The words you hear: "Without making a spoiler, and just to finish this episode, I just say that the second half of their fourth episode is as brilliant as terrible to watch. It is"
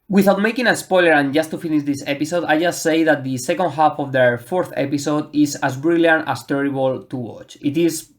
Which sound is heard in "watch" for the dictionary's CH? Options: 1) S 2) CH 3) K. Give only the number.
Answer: 2